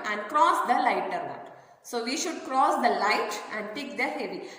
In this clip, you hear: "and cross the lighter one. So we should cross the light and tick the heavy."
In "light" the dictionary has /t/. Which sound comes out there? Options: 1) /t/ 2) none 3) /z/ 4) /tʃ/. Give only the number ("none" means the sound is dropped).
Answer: 1